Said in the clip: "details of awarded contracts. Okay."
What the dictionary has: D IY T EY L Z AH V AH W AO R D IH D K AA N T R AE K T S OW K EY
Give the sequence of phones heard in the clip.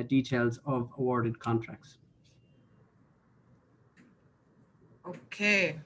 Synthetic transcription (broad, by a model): D IY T EY L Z AH V AH W AO R D IH D K AA N T R AE K T S OW K EY